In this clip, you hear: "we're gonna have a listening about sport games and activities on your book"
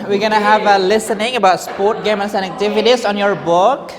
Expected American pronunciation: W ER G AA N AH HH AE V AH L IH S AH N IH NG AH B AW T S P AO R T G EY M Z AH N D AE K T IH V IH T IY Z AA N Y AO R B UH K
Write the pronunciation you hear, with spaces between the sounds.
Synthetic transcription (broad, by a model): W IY G AA N AH HH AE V AH L IH S AH N IH NG AH B AW T S P AO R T G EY M AH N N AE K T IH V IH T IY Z AA N Y AO R B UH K